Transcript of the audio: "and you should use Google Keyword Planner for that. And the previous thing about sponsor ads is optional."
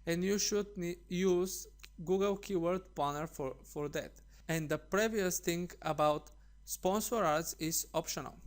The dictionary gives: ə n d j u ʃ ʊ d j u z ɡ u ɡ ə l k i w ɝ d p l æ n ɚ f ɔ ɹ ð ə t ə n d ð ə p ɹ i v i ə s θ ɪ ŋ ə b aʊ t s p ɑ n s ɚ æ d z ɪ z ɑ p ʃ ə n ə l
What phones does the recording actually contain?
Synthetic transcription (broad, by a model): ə n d j u ʃ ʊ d j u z ɡ u ɡ ə l k i w ɝ d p ɑ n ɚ f ɔ ɹ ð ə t ə n d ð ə p ɹ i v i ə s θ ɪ ŋ ə b aʊ t s p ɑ n s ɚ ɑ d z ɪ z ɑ p ʃ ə n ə l